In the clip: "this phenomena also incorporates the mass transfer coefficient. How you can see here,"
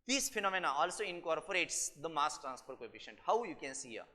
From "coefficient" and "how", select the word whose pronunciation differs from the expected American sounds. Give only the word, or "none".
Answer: coefficient